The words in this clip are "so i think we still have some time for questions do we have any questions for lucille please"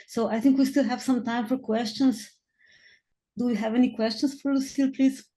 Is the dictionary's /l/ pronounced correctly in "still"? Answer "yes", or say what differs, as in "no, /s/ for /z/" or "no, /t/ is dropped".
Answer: yes